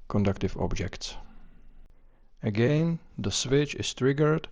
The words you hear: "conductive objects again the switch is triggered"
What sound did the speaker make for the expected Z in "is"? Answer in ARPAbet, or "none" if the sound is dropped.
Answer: S